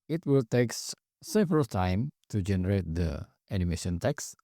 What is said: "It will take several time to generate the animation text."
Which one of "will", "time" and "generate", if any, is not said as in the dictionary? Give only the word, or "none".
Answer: none